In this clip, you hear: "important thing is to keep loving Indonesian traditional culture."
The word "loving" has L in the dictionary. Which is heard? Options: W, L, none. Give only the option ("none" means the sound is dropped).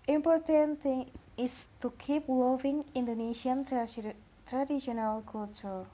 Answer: W